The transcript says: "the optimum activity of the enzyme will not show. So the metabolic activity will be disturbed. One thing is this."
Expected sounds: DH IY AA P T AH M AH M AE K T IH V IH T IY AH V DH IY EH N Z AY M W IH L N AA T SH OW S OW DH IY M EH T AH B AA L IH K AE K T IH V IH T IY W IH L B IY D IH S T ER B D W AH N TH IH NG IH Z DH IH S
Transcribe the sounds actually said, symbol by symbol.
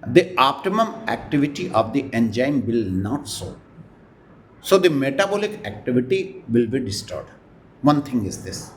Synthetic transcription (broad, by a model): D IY AA P T AH M AH M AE K T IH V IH T IY AH V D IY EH N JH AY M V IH L N AA T S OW S OW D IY M EH T AH B AA L IH K AE K T IH V IH T IY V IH L B IY D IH S T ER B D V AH N T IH NG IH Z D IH S